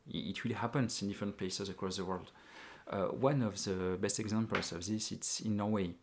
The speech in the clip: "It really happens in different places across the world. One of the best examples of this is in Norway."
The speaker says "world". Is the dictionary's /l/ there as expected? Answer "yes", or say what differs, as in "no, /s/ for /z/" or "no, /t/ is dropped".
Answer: yes